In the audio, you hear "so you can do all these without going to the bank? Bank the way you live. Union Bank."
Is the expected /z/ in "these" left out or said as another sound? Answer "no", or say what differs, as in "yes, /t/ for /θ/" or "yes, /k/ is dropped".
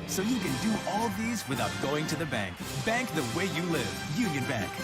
no